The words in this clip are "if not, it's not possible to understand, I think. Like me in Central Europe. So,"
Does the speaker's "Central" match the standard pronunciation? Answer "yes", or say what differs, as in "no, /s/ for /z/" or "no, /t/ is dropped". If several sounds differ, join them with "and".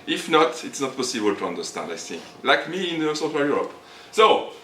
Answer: no, /n/ is dropped and /w/ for /ɹ/